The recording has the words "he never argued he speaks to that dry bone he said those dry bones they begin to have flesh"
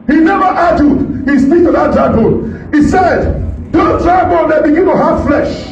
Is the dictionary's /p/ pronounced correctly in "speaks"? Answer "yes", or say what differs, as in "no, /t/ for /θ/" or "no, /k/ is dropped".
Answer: no, /f/ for /p/